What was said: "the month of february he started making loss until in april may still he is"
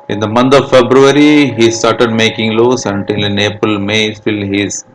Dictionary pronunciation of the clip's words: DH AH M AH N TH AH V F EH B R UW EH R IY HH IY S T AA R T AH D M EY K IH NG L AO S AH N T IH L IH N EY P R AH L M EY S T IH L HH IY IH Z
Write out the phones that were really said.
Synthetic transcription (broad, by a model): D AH M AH N T AH V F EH B R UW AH R IY HH IY S T AA R T AH D M EY K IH NG L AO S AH N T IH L N EY P AH L M EY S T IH L HH IY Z